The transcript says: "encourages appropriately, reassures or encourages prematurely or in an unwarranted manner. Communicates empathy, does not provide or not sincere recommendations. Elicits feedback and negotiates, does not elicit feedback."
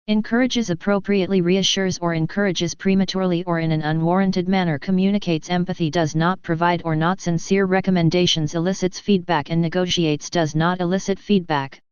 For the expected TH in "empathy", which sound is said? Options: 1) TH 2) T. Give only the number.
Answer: 1